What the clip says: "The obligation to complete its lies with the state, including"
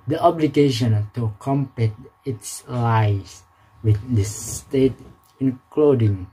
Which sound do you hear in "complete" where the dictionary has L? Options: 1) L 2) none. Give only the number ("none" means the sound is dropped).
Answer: 2